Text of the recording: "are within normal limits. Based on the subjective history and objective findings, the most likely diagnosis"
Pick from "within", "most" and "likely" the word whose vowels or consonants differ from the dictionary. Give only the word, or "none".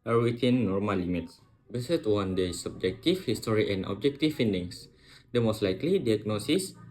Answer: within